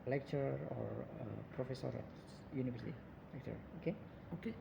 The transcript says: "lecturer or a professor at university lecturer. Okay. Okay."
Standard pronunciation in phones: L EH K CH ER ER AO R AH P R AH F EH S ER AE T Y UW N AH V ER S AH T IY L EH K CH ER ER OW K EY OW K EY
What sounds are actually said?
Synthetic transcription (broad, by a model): L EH K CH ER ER AO R AH P R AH F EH S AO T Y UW N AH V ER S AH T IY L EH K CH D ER OW K EY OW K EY